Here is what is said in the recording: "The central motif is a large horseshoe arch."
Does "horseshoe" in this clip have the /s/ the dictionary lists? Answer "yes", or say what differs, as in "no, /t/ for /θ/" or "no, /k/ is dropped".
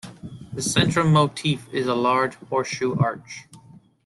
no, /s/ is dropped